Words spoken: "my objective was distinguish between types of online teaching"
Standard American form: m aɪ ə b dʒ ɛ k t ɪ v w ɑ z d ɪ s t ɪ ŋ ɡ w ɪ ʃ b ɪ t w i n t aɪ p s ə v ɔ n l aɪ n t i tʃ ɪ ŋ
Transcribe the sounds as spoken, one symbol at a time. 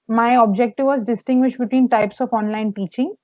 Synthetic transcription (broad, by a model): m aɪ ə b dʒ ɛ k t ɪ v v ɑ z d ɪ s t ɪ ŋ ɡ w ɪ ʃ b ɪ t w i n t aɪ p s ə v ɔ n l aɪ n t i tʃ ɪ ŋ